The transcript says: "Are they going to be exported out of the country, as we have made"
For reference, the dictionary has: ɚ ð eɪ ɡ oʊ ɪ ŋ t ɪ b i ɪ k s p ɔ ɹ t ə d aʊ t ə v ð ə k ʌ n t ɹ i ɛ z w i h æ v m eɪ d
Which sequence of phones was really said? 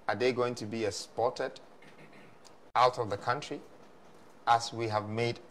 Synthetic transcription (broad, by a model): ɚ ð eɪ ɡ oʊ ɪ ŋ t ɪ b i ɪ s p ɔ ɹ t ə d aʊ t ə v ð ə k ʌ n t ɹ i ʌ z w i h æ v m eɪ d